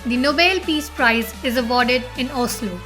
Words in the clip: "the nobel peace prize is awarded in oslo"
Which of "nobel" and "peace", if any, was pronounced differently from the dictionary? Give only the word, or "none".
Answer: none